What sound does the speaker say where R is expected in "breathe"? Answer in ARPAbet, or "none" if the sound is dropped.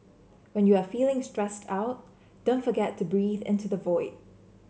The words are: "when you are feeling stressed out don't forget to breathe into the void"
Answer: R